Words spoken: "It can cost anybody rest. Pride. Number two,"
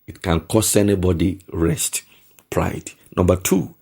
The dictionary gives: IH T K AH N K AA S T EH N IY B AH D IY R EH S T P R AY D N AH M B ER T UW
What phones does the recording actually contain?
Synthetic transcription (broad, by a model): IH T K AH N K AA S EH N IY B AH D IY R EH S T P R AY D N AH M B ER T UW